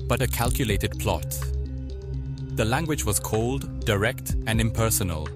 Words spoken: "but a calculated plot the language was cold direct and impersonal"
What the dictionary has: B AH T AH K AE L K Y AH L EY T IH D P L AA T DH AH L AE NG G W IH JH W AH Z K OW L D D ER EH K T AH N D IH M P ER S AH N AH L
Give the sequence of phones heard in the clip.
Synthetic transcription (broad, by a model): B AH T AH K AE L K Y AH L EY T IH D P L AA T DH AH L AE NG G W IH JH W AH Z K OW L D D ER EH K T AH N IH M P ER S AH N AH L